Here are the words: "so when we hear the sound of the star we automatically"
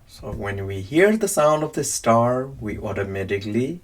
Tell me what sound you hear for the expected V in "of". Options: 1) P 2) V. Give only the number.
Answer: 2